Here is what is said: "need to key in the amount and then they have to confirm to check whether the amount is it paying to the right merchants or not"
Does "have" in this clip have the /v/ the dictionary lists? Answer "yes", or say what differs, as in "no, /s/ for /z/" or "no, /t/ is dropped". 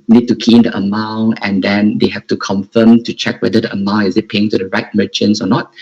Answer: no, /f/ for /v/